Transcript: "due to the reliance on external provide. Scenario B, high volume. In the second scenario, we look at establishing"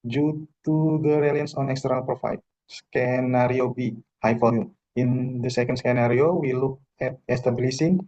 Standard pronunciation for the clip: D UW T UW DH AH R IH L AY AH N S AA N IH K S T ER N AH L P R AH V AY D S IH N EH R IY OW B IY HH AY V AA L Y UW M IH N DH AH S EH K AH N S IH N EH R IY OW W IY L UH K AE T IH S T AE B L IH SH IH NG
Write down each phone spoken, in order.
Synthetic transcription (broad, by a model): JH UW T UW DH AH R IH L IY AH N S AA N IH K S T ER N AH L P R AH F AY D S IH N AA R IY OW B IY HH AY F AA Y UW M IH N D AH S EH K AH N S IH N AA R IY OW W IY L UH K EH T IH S T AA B L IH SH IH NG